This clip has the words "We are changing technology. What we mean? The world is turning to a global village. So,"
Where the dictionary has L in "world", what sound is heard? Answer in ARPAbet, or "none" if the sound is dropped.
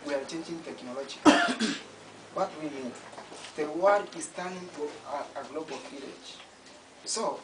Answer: none